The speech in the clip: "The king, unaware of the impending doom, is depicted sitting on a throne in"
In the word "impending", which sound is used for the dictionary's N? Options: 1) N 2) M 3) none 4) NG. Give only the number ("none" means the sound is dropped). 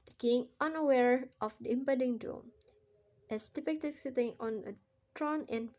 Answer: 3